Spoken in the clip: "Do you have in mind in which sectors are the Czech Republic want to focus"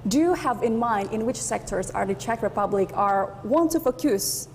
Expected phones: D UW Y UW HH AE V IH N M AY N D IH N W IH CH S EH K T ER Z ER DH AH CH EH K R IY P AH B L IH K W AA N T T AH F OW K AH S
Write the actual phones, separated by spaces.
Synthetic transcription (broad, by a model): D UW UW HH AE V IH N M AY N D IH N W IH CH S EH K T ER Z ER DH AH CH EH K R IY P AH B L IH K W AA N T T AH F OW K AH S